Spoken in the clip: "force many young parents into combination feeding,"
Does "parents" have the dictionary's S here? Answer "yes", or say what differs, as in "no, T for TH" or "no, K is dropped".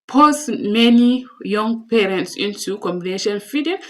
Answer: yes